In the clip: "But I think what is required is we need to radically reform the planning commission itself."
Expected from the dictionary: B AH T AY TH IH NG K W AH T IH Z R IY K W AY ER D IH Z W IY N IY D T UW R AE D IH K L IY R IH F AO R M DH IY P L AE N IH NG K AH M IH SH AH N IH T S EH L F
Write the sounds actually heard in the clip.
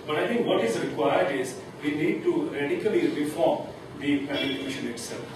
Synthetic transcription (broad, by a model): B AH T AY T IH NG K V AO T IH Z R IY K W AY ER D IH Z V IY N IY D T UW R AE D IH K L IY R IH F AO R M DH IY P AE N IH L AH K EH SH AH N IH T S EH L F